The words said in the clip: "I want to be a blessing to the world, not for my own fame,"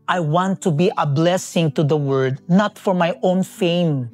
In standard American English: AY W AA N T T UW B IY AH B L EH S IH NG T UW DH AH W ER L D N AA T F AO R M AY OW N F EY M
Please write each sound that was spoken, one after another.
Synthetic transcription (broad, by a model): AY W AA N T T UW B IY AH B L EH S IH NG T UW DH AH W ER D N AA T F AO R M AY OW N F EY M